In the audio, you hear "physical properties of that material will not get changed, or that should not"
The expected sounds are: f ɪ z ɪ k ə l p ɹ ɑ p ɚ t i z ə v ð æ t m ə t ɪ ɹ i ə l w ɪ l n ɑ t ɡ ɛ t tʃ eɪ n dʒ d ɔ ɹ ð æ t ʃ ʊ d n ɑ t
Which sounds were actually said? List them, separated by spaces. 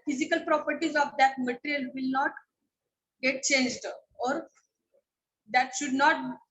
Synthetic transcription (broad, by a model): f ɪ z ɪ k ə l p ɹ ɑ p ɚ t i z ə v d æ t m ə t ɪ ɹ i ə l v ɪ l n ɑ t ɡ ɛ t tʃ eɪ n dʒ d ɔ ɹ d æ t ʃ ʊ d n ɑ t